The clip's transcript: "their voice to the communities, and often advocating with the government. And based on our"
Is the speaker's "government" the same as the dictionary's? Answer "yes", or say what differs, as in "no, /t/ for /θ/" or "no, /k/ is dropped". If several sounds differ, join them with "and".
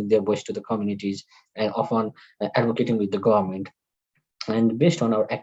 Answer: yes